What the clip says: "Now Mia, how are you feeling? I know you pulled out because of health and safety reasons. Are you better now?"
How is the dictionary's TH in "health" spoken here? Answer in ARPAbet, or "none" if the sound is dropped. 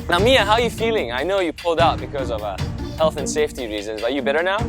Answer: TH